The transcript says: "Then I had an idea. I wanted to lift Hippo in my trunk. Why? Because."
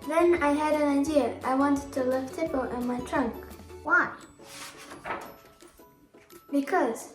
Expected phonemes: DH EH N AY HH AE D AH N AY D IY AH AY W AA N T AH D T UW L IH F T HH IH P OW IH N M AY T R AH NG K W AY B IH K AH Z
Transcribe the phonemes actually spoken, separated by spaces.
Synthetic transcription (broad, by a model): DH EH N AY HH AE D AH N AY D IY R AY W AA N T AH D T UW L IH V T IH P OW IH N M AY T R AH NG K W AY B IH K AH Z